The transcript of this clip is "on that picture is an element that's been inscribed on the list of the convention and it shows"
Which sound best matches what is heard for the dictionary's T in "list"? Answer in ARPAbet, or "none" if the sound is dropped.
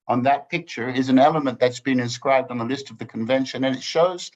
T